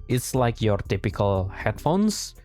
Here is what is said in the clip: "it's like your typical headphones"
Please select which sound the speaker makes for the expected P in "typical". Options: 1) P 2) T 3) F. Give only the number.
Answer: 1